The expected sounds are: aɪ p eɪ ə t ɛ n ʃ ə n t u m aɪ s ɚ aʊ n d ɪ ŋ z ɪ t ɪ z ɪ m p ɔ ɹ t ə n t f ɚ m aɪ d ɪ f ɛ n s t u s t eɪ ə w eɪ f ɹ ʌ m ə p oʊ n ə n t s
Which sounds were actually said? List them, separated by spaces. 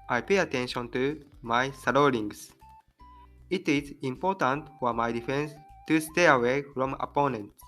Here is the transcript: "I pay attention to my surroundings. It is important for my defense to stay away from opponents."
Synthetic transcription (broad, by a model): aɪ p eɪ ə t ɛ n ʃ ə n t u m aɪ s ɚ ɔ d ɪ ŋ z ɪ t ɪ z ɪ m p ɔ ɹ t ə n t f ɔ m aɪ d ɪ f ɛ n s t u s t eɪ ə w eɪ f ɹ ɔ m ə p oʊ n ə n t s